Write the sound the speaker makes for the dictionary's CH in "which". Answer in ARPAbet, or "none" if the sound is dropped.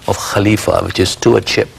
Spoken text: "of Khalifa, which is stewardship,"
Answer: CH